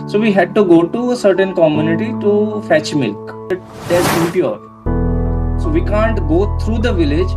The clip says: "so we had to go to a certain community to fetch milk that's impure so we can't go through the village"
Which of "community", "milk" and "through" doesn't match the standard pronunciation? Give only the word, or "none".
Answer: through